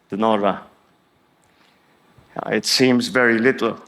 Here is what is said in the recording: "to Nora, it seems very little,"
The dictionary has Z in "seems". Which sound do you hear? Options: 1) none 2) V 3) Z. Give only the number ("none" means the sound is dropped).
3